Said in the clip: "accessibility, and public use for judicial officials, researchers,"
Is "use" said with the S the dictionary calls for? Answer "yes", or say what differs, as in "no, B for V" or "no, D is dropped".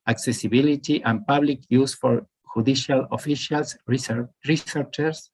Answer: yes